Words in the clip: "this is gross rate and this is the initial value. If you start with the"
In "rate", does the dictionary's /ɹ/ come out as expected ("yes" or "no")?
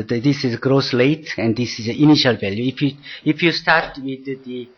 no